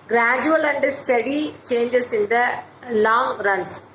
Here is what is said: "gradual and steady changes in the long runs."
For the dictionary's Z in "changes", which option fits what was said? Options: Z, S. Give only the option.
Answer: S